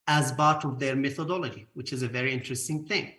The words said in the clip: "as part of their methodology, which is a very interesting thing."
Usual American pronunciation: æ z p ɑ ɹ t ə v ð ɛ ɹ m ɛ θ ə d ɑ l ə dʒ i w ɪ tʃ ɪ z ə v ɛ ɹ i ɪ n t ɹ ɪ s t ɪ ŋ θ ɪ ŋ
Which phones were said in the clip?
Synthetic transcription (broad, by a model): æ z b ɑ ɹ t ə v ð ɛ ɹ m ɛ θ ə d ɑ l ə dʒ i w ɪ tʃ ɪ z ə v ɛ ɹ i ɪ n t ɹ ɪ s t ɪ ŋ θ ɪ ŋ